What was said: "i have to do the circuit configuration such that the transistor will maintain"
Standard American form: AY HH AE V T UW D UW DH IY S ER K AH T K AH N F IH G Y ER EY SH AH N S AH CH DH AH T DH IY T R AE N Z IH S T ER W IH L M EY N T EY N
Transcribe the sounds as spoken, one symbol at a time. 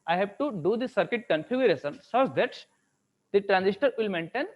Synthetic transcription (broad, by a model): AY HH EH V T UW D UW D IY S ER K AH T K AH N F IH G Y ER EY S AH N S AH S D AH T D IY T R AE N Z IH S T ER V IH L M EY N T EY N